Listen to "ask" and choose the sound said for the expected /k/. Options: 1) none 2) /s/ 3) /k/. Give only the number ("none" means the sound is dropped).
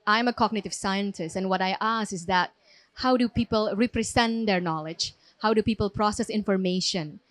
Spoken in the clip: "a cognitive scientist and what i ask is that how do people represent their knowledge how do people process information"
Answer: 1